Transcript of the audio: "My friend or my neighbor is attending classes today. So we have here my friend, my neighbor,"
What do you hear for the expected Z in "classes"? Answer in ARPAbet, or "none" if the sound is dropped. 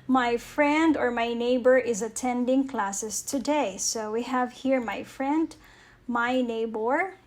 S